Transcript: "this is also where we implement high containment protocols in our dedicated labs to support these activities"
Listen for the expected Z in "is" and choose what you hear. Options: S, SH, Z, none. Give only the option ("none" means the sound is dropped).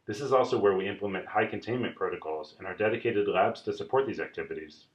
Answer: Z